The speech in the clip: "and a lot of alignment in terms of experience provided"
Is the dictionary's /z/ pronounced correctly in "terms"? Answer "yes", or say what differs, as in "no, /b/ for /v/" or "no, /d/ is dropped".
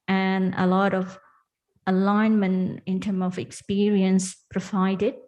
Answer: no, /z/ is dropped